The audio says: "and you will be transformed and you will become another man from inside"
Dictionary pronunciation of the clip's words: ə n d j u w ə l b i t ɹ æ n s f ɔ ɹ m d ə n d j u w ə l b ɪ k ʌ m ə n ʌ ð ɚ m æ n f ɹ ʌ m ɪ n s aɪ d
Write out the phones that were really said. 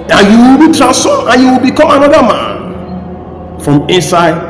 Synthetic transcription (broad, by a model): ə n j u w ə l b i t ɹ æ s ɔ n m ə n j u w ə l b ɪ k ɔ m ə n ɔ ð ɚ m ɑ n f ɹ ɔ m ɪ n s aɪ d